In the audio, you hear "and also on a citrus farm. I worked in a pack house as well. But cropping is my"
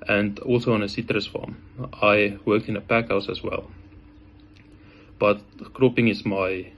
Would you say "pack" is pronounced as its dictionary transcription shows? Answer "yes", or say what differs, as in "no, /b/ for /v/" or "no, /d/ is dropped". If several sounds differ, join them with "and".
yes